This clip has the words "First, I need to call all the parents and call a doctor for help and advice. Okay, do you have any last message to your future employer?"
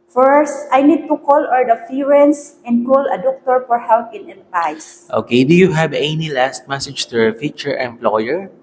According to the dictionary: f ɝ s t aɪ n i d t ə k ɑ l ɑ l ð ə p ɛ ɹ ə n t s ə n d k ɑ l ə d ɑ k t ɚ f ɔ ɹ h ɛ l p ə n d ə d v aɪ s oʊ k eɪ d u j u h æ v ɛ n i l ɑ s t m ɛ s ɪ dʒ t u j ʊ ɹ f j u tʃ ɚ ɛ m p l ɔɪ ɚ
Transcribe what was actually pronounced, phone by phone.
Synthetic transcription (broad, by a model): f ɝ s t aɪ n i d t ə k ɑ l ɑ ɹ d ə f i ɹ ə n s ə n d k ɑ l ə d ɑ k t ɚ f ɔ ɹ h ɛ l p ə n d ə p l aɪ s oʊ k eɪ d u j u h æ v ɛ n i l ɑ s t m ɛ s ɪ dʒ t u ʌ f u tʃ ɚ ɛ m p l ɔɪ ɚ